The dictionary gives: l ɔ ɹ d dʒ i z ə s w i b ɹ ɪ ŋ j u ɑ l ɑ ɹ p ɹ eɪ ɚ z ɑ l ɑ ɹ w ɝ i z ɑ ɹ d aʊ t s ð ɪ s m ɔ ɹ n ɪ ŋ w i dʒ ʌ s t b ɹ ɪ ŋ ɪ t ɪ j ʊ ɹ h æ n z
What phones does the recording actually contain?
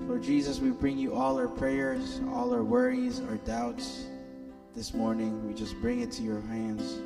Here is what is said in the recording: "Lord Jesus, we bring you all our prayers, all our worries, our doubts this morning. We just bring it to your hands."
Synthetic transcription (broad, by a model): l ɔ ɹ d dʒ i z ə s w i b ɹ ɪ ŋ j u ɑ l ɑ ɹ p ɹ eɪ ɚ z ɑ l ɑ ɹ w ɝ i z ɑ ɹ d aʊ t s ð ɪ s m ɔ ɹ n ɪ ŋ w i dʒ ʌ s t b ɹ ɪ ŋ ɪ t ɪ j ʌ ɹ h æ n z